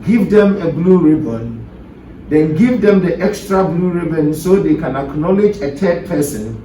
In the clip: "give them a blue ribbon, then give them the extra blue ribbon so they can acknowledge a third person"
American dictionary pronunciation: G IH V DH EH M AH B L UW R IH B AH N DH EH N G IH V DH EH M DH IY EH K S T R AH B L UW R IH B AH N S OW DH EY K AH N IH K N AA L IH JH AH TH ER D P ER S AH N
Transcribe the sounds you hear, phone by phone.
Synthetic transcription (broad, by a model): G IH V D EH M AH B L UW R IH B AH N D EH N G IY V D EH M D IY EH K S T R AH B L UW R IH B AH N S OW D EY K AH N IH K N AA L IH JH AH T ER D P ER S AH N